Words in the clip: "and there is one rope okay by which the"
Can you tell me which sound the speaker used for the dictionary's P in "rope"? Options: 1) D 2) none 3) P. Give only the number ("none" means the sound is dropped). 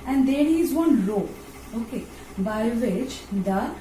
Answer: 2